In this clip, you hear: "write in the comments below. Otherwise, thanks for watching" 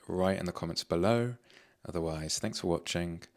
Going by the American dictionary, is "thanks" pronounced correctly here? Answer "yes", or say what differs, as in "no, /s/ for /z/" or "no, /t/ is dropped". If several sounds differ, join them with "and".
yes